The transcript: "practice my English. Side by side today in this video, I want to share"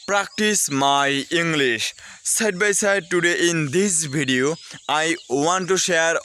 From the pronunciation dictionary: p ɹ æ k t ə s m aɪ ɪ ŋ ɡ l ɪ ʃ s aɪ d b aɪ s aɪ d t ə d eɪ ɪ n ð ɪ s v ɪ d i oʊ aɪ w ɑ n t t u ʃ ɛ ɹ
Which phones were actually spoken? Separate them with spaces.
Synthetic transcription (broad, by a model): p ɹ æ k t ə s m aɪ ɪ ŋ ɡ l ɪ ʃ s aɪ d b aɪ s aɪ d t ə d eɪ ɪ n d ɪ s b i d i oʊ aɪ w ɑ n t t u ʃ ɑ ɹ